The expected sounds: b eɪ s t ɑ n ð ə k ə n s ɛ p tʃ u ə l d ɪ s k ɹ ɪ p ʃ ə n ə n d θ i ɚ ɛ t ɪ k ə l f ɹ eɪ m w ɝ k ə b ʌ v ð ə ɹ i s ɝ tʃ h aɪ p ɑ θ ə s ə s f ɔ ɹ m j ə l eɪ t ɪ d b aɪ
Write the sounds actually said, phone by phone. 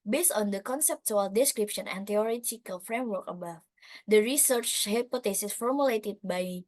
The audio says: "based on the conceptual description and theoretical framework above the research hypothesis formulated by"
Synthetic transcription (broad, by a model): b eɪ s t ɑ n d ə k ə n s ɛ p tʃ u ə l d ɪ s k ɹ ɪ p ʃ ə n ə n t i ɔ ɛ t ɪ k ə l f ɹ eɪ m w ɝ k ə b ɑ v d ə ɹ i s ɝ tʃ h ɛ p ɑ t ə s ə s f ɔ ɹ m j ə l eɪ t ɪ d b aɪ